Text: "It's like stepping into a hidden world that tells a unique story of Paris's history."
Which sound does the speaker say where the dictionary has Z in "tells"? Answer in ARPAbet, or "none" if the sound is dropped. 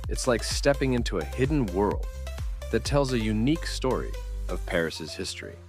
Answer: Z